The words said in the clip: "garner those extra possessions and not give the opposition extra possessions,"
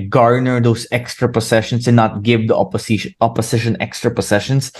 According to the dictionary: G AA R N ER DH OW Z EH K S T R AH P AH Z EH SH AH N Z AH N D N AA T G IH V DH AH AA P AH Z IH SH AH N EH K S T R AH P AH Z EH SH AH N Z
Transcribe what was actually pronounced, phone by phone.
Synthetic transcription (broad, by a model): G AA R N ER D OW S EH K S T R AH P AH S EH SH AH N S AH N N AA T G IH V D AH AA P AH S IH SH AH N EH K S T R AH P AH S EH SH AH N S